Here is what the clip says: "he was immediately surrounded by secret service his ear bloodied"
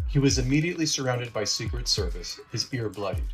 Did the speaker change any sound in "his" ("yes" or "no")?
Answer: no